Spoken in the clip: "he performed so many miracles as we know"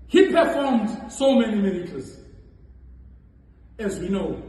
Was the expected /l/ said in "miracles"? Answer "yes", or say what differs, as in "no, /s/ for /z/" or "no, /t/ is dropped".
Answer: no, /l/ is dropped